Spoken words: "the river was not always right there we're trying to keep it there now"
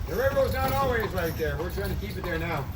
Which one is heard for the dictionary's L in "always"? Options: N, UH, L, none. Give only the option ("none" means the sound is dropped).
L